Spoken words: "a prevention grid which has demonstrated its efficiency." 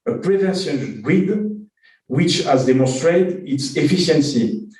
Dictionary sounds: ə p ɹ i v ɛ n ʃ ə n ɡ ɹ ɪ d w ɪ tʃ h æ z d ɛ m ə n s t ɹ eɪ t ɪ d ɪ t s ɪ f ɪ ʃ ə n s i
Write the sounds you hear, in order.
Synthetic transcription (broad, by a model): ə p ɹ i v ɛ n s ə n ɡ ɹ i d w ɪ tʃ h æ z d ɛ m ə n s t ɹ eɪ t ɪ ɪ t s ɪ f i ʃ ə n s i